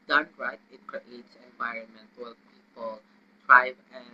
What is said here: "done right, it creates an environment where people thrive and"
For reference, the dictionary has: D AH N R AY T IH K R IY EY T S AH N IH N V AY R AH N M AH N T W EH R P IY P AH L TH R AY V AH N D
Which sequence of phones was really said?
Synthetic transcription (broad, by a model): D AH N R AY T IH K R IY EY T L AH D IH N V AY R AH N M AH N T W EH P IY P AH L T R AY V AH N